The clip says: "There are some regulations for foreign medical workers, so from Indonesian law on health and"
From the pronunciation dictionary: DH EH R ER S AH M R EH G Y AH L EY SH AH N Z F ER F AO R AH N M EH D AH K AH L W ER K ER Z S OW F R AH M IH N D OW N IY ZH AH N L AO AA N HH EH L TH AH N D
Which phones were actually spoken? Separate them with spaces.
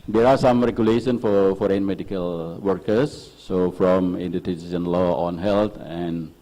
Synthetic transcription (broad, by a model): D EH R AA S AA M R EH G Y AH L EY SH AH N F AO F AO R AH N M EH D AH K AH L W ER K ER S OW F R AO M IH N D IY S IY S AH N L AO AA N HH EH L T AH N